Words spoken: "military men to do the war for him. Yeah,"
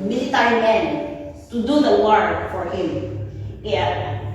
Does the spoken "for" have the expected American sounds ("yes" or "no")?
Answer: yes